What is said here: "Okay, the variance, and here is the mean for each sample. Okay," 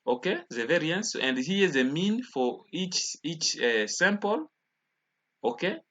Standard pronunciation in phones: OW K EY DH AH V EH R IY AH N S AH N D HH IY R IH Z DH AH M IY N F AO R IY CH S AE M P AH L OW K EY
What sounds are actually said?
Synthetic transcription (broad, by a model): OW K EY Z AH V EH R IY AH N S AH N D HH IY IH Z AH M IY N F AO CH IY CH S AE M P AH L OW K EY